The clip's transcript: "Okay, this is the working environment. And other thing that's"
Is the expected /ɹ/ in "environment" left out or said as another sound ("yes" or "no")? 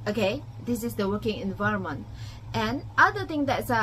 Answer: no